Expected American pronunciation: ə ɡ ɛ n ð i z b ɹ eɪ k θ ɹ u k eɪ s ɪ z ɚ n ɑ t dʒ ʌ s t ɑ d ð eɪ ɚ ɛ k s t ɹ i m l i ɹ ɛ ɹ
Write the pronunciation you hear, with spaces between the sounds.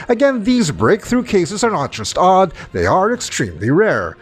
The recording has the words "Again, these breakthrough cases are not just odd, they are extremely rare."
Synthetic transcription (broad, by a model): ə ɡ ɛ n ð i z b ɹ eɪ k θ ɹ u k eɪ s ɪ z ɚ n ɑ t dʒ ʌ s t ɑ d ð eɪ ɚ ɛ k s t ɹ i m l i ɹ ɛ ɹ